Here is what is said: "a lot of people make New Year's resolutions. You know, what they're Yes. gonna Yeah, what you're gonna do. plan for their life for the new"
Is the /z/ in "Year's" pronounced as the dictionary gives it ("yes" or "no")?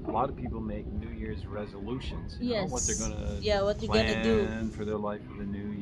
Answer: yes